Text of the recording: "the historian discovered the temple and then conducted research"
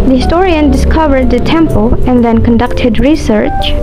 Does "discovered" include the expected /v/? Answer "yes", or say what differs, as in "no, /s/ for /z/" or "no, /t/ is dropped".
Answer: yes